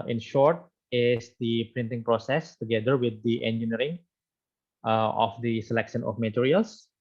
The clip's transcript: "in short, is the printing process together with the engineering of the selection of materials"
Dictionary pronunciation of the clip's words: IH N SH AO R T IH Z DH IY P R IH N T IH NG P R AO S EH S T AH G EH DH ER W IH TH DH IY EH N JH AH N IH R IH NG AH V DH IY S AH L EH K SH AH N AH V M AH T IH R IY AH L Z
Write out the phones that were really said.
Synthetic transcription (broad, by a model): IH N SH AO R T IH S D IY P R IH N T IH NG P R AO S EH S T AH G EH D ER W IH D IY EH N JH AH N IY R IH NG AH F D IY S AH L EH K SH AH N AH F M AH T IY R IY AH L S